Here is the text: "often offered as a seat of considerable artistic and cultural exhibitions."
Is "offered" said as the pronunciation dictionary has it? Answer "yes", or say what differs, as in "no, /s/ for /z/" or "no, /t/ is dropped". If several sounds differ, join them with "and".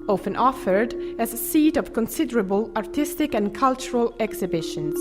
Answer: yes